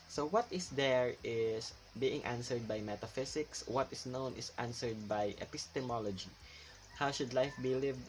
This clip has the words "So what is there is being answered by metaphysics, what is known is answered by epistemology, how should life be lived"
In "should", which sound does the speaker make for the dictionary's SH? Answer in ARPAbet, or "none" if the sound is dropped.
SH